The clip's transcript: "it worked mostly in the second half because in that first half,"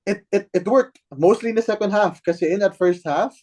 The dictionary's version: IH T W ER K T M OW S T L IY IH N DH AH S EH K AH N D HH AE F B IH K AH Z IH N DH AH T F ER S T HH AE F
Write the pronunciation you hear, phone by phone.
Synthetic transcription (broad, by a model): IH T W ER K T M OW S T L IY IH N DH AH S EH K AH N D HH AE F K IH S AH IH N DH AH T F ER S T HH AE F